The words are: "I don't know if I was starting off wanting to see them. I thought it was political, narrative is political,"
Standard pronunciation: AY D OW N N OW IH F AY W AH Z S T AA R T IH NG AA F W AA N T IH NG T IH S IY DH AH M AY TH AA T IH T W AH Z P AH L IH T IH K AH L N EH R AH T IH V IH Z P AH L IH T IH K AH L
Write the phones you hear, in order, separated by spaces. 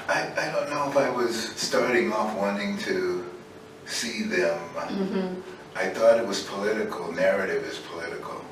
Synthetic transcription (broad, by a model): AY D OW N N OW IH F AY W AH Z S T AA R T IH NG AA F W AA N T IH NG T IH S IY DH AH M AY TH AA T IH T W AH Z P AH L IH T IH K L N EH R AH T IH V IH Z P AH L IH T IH K L